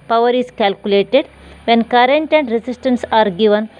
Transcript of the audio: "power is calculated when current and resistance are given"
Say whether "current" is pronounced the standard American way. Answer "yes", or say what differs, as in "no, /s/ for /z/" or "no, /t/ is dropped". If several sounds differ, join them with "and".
yes